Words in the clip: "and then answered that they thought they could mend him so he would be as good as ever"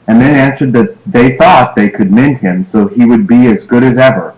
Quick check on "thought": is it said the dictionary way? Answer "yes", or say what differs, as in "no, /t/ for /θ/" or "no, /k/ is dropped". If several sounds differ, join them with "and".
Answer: yes